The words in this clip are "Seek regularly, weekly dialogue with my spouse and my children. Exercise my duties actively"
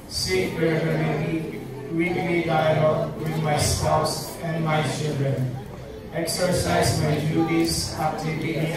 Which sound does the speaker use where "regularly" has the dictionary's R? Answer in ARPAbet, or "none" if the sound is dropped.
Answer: W